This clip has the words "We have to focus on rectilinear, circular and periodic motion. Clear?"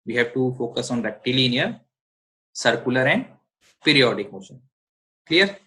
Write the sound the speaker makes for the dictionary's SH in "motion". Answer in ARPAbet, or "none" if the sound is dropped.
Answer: S